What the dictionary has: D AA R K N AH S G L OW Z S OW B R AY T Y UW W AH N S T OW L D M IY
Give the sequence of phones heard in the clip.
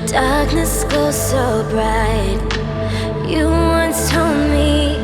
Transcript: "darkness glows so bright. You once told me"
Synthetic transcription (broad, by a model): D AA R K N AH S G OW S OW B R AY T Y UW W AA N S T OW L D M IY